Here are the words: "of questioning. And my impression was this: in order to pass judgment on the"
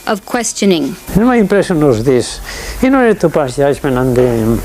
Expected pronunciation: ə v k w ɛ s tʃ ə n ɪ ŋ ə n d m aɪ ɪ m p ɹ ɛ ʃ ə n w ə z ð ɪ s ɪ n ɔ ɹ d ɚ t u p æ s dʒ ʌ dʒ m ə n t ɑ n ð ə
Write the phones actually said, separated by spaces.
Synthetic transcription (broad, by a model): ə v k w ɛ s tʃ ə n ɪ ŋ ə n m aɪ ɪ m p ɹ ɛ s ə n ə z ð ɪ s ɪ n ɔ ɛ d t u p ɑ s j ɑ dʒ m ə n ɑ n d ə